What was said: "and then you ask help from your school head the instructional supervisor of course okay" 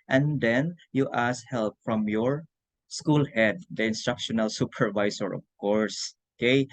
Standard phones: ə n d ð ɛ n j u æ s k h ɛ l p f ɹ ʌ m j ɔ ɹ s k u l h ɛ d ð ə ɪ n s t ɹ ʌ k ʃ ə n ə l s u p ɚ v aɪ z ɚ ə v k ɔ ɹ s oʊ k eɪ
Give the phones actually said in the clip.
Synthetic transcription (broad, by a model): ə n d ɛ n j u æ s h ɛ l p f ɹ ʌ m j ɔ ɹ s k u l h ɛ d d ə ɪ n s t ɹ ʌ k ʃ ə n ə l s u p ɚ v aɪ s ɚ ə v k ɔ ɹ s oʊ k eɪ